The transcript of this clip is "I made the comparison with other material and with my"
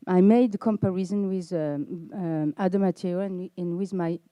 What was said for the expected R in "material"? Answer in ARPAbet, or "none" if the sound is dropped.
none